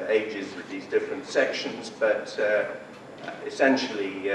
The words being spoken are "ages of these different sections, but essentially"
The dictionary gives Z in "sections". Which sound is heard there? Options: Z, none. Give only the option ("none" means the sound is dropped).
Z